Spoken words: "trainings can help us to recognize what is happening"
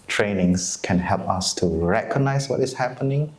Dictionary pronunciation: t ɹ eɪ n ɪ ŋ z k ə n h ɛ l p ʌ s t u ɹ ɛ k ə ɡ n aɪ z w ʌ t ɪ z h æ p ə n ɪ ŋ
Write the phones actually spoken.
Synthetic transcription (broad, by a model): t ɹ eɪ n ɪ ŋ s k ə n h ɛ l p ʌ s t u ɹ ɛ k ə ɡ n aɪ s w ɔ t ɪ s h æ p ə n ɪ ŋ